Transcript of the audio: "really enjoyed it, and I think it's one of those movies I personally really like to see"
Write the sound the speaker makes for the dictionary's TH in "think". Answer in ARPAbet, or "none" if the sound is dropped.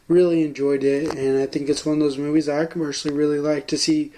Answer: TH